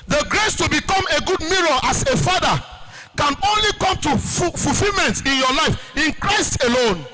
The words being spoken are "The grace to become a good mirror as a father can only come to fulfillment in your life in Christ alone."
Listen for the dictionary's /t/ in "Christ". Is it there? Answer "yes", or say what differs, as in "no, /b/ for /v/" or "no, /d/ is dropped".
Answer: yes